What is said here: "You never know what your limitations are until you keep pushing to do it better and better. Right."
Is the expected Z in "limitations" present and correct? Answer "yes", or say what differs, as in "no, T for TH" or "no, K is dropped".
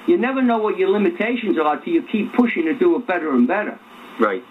yes